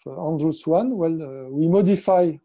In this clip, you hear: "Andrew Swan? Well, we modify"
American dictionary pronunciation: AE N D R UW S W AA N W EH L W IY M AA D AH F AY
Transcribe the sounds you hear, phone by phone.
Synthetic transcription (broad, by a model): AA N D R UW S W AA N W EH L W IY M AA D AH F AY